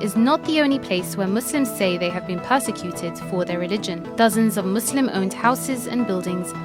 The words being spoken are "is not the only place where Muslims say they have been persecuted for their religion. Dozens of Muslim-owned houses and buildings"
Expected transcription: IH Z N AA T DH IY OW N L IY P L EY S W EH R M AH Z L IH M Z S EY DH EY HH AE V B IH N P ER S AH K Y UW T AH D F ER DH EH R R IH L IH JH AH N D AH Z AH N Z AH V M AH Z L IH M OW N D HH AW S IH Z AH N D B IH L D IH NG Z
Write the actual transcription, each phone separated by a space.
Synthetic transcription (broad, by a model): IH Z N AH T DH IY OW N L IY P L EY S W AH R M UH S L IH M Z S EY DH EY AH V B IH N P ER S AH K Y UW T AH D F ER DH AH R R IH L IH JH AH N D AH Z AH N Z AH V M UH S L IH M OW N D HH AW S IH Z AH N B IH L D IH NG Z